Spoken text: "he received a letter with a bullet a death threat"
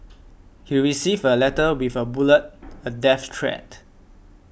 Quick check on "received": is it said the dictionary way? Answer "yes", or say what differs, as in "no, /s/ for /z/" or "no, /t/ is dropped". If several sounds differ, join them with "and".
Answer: no, /d/ is dropped